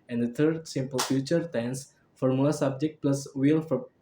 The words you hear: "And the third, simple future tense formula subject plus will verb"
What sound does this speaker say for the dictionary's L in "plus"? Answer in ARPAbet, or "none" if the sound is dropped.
L